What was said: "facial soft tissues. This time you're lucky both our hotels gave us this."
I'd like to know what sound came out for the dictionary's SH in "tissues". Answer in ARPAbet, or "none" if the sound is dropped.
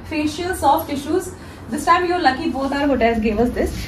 SH